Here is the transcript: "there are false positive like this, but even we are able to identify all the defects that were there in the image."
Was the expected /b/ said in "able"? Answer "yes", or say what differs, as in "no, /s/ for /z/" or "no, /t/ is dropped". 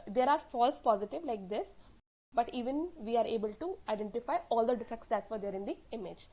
yes